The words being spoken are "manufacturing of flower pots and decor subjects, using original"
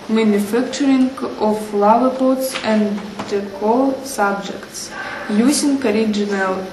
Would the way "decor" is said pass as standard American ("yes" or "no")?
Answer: no